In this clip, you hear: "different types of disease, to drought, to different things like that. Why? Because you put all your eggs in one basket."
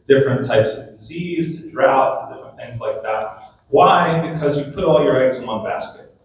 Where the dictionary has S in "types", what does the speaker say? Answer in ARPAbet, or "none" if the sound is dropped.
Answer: S